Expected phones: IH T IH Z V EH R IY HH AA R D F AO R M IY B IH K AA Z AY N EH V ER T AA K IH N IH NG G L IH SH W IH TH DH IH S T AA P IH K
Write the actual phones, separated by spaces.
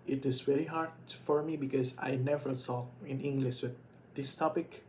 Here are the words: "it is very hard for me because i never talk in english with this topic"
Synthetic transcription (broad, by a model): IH T IH Z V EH R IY HH AA R D F AO R M IY B IH K AA Z AY N EH V ER S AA IH N IH NG G L IH SH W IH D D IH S T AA P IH K